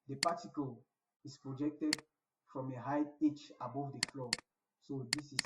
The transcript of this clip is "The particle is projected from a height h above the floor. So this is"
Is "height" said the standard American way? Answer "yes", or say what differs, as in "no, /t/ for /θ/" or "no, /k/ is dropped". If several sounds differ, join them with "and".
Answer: no, /t/ is dropped